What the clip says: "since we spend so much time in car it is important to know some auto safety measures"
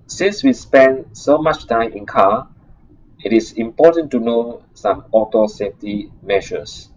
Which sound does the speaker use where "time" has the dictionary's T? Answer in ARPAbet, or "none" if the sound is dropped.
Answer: T